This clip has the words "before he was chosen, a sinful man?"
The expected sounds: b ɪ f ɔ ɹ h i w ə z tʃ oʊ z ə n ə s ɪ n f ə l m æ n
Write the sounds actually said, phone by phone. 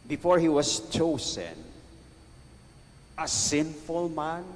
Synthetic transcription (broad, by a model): b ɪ f ɔ ɹ h i w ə s tʃ oʊ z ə n ə s ɪ n f ə l m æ n